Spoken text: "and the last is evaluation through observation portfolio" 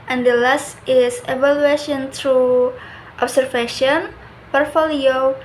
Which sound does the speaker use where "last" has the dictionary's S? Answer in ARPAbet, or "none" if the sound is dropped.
S